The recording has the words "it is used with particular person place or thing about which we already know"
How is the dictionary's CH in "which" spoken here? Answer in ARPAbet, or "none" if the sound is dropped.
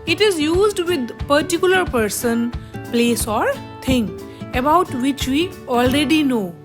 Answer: CH